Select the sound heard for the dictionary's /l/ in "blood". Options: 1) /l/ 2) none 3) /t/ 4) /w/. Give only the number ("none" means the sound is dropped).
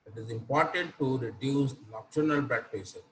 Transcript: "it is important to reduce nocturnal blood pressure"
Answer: 2